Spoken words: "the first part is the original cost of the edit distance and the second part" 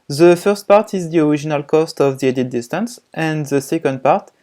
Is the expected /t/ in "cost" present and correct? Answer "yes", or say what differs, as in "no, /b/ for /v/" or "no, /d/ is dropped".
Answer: yes